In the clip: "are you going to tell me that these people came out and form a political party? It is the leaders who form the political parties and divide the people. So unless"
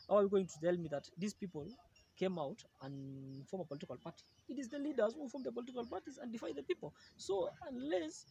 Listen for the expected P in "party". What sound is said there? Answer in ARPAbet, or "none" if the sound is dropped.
P